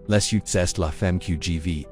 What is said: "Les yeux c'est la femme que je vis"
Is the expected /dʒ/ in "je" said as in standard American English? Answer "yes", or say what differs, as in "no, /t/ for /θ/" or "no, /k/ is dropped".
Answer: yes